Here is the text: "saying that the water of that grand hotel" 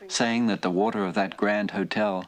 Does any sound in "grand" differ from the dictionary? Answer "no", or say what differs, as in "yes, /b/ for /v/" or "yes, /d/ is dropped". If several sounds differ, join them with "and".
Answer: no